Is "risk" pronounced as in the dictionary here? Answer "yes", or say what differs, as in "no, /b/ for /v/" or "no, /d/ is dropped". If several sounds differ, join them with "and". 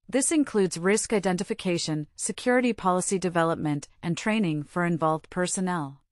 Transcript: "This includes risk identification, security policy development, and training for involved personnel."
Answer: yes